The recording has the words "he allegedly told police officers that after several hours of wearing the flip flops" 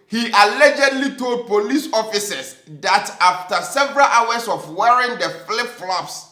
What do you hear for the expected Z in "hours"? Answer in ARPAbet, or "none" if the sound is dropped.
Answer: S